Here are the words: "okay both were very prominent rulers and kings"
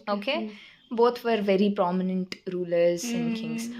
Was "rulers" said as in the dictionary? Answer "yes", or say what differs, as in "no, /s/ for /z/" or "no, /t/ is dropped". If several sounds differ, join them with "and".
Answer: yes